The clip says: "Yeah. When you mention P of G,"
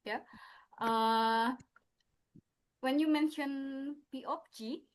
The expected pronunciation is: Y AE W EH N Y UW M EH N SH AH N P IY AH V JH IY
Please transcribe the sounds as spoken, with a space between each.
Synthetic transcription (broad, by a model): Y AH W EH N Y UW M EH N SH AH N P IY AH P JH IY